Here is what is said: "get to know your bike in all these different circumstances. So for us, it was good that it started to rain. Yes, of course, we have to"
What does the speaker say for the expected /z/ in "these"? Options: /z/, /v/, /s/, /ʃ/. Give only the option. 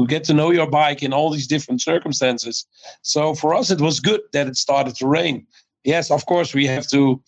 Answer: /z/